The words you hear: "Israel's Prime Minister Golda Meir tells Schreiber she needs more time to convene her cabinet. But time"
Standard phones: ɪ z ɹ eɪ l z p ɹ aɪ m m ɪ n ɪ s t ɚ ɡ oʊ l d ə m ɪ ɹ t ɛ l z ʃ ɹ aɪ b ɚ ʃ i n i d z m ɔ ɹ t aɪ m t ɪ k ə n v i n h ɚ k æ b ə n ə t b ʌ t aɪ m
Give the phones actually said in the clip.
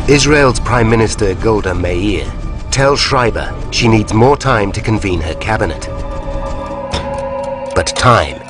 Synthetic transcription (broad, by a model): ɪ z ɹ eɪ l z p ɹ aɪ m m ɪ n ɪ s t ɚ ɡ oʊ l d ə m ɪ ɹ t ɛ l ʃ ɹ aɪ b ɚ ʃ i n i d z m ɔ ɹ t aɪ m t ɪ k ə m v i n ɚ k æ b ə n ə t b ʌ t aɪ m